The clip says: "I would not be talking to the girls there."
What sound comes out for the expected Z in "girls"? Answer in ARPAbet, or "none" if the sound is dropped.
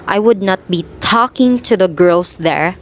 S